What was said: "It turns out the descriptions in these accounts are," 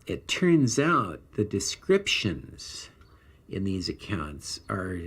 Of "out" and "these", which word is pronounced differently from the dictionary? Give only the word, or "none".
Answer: none